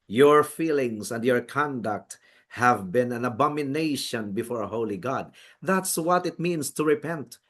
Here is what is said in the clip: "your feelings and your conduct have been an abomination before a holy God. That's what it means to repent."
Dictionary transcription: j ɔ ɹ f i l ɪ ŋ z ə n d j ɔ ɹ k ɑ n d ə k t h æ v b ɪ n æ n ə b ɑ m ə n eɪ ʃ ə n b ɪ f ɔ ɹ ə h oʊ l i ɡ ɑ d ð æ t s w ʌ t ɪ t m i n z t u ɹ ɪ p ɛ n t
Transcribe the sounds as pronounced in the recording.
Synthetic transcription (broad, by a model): j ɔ ɹ f i l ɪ ŋ s ə n d j ɔ ɹ k ɑ n d ə k t h æ v b ɪ n æ n ə b ɑ m ə n eɪ ʃ ə n b ɪ f ɔ ɹ ə h oʊ l i ɡ ɑ d ð æ t s w ʌ t ɪ t m i n s t u ɹ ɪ p ɛ n t